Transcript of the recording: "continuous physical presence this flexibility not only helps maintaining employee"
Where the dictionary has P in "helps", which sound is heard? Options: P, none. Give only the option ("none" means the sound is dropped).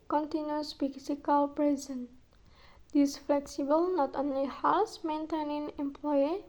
none